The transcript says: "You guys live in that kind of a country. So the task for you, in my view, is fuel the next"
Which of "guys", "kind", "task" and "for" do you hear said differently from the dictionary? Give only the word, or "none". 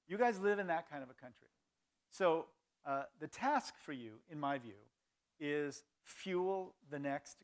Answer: none